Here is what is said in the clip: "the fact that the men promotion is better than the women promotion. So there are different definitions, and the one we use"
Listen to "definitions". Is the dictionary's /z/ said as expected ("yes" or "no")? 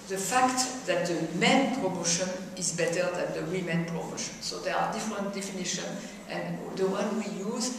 no